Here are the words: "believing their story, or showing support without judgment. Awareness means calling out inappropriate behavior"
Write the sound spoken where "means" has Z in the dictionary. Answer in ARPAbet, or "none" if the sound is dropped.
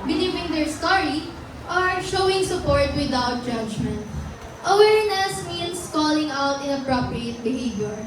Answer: S